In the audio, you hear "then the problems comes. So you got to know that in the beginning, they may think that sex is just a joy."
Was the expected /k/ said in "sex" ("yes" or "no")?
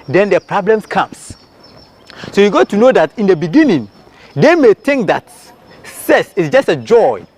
no